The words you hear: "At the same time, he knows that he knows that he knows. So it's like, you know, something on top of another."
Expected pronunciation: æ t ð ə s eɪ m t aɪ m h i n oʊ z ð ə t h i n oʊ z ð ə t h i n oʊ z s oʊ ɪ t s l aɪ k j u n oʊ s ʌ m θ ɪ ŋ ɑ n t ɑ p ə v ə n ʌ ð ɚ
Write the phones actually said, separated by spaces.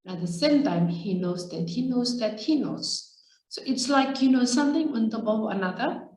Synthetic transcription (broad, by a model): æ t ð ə s eɪ m t aɪ m h i n oʊ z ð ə t h i n oʊ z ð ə t h i n oʊ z s oʊ ɪ t s l aɪ k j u n oʊ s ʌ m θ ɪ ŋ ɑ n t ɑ b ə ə n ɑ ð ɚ